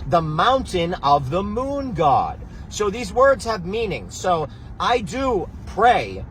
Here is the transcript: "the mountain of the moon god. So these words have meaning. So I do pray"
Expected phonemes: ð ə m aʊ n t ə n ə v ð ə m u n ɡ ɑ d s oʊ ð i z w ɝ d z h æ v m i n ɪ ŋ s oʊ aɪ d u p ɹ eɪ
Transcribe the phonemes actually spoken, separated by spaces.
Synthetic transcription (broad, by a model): ð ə m aʊ n t ə n ə v ð ə m u n ɡ ɑ d s oʊ ð i z w ɝ d z h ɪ v m i n ɪ ŋ s oʊ aɪ d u p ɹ eɪ